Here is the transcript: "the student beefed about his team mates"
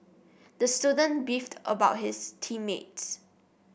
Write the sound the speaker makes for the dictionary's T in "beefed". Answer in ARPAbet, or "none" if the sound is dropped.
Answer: T